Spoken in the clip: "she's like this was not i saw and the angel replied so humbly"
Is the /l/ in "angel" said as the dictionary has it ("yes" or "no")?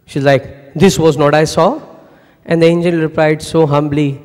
no